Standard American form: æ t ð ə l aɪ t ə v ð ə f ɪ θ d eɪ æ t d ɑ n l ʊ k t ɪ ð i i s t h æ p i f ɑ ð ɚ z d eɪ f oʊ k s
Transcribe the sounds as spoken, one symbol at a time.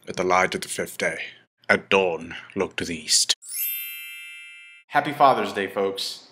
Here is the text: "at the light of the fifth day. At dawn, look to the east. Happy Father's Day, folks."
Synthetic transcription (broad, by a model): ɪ t ð ə l aɪ t ə v ð ə f ɪ θ d eɪ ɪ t d ɑ n l ʊ k t ɪ ð i i s t h æ p i f ɑ ð ɚ z d eɪ f oʊ k s